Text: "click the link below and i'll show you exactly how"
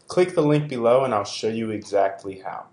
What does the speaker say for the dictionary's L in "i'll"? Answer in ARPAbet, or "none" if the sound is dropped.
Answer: L